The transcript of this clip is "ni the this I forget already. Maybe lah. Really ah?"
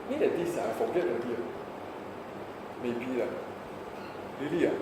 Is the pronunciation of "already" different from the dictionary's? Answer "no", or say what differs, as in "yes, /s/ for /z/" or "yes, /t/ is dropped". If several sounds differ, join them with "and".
yes, /ɹ/ is dropped